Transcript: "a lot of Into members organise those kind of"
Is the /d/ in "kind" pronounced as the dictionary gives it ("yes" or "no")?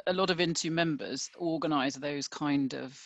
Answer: yes